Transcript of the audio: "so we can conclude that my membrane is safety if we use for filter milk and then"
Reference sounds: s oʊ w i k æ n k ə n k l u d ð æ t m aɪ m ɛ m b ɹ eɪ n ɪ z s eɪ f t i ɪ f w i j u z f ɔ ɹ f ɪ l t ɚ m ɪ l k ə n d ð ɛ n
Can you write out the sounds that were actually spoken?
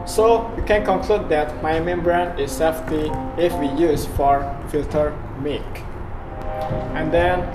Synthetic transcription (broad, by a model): s oʊ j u k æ n k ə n k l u d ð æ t m aɪ m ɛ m b ɹ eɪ n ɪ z s eɪ f t i ɪ f w i j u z f ɔ ɹ f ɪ l t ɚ m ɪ k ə n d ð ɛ n